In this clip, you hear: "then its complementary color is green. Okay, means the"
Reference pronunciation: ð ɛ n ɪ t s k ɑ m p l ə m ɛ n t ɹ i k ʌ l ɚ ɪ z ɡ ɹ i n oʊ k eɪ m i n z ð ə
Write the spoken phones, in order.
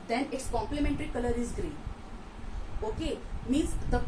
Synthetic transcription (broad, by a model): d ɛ n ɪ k s k ɑ m p l ə m ɛ n t ɹ i k ʌ l ɚ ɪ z ɡ ɹ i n oʊ k eɪ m i z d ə